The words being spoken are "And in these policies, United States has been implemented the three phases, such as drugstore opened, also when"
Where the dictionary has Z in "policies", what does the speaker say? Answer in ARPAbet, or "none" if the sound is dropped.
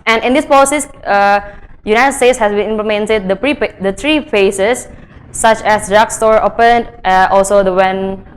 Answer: none